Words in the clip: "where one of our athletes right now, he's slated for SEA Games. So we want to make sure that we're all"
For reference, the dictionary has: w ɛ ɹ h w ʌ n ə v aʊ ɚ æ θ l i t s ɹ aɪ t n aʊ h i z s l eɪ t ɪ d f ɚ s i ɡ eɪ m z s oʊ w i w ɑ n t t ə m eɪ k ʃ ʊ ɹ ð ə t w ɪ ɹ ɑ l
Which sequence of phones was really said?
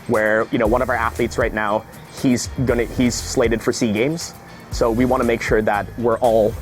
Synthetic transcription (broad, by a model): w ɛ ɹ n w ʌ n ə v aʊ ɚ æ θ l i t s ɹ aɪ t n aʊ h i z s l eɪ t ɪ d f ɚ s i ɡ eɪ m z s oʊ w i w ɑ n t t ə m eɪ k ʃ ʊ ɹ ð ə t w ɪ ɹ ɑ l